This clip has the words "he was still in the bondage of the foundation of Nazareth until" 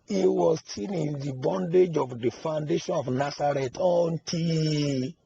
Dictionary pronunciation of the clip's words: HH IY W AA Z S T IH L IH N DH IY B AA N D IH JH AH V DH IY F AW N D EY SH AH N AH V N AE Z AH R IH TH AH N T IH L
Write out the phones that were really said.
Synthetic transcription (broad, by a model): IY W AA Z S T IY N IH N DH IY B AA N D IH JH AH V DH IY F AW N D EY SH AH N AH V N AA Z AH R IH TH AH N T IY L